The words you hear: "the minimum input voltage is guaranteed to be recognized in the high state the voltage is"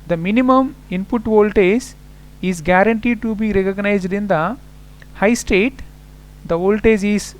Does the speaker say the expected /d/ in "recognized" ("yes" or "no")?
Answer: yes